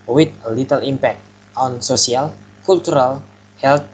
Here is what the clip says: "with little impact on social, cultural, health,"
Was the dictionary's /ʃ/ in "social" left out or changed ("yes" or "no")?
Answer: yes